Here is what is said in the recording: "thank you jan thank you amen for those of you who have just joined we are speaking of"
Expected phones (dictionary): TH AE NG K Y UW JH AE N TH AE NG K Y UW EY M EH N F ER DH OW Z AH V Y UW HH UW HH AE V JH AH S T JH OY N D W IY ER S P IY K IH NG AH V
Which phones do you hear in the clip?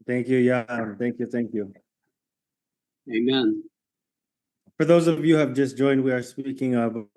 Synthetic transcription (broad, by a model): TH AE NG K Y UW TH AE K TH AE NG K Y UW EY M EH N F ER DH OW Z AH V Y UW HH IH V JH AH S JH OY N D W IY ER S P IY K IH NG AH V